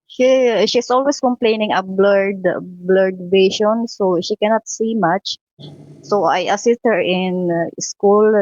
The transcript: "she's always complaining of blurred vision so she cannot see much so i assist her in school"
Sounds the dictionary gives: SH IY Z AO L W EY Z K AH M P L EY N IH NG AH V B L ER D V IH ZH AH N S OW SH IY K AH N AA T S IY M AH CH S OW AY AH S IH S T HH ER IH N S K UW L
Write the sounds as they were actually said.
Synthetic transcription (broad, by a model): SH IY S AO L W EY S K AH M P L EY N IH NG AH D B L ER D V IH SH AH N S OW SH IY K AH N AA T S IY M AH CH S OW AY AH S IH S T HH ER IH N S K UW L